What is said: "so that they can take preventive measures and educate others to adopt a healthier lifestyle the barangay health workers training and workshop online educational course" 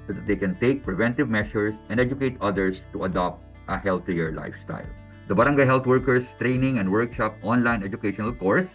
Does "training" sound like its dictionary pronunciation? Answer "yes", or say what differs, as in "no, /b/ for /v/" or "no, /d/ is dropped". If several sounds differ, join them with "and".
yes